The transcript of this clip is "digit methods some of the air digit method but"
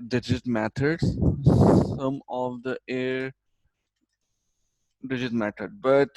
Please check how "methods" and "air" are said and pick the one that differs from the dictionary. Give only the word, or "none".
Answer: methods